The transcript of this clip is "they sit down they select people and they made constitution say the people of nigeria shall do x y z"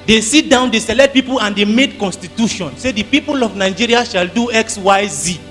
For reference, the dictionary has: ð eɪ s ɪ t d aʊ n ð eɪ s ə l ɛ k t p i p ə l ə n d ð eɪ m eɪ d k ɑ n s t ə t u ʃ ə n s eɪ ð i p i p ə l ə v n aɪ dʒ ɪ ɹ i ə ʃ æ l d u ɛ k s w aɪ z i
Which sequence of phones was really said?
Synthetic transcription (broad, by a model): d eɪ s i t d aʊ n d eɪ s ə l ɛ t p i p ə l ə n d eɪ m eɪ d k ɑ n s t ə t u ʃ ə n s eɪ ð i p i p ə l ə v n aɪ dʒ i ɹ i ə ʃ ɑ l d u ɛ k s w aɪ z i